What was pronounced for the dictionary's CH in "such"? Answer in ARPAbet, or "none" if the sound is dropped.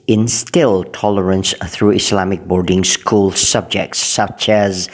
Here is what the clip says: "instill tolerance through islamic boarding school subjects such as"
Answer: CH